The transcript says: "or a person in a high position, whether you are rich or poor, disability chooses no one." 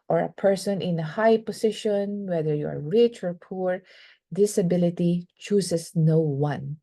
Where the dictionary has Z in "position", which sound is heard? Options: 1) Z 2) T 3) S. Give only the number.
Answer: 3